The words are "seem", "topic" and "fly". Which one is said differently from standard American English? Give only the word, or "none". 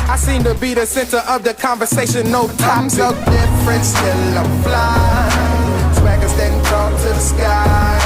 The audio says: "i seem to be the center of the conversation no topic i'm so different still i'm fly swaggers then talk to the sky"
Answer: topic